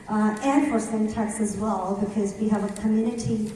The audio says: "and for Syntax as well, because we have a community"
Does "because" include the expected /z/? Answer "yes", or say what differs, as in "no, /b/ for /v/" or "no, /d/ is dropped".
yes